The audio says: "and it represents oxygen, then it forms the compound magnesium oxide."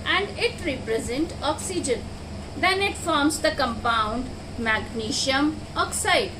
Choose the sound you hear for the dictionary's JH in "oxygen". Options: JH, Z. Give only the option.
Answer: JH